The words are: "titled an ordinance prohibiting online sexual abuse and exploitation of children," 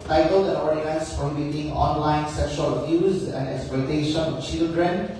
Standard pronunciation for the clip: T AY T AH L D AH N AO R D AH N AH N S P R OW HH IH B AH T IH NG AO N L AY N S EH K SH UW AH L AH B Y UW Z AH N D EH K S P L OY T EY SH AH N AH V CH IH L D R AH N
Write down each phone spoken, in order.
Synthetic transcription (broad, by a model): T AY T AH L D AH L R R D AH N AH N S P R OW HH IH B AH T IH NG AO N L AY N S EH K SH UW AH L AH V Y UW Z AH N D EH K S P L OY T EY SH AH N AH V CH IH L D R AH N